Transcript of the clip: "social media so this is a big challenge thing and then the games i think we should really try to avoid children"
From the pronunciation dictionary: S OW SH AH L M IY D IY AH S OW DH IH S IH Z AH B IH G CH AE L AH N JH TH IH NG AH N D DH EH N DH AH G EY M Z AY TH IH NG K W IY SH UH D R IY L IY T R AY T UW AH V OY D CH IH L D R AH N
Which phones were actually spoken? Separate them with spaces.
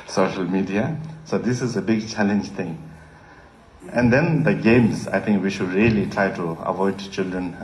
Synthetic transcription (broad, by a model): S OW SH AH L M IY D IY AH S OW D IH S IH Z AH B IH G CH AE L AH N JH T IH NG AH N D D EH N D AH G EY M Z AY T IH NG K W IY SH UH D R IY L IY T R AY T UW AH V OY D CH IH L D R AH N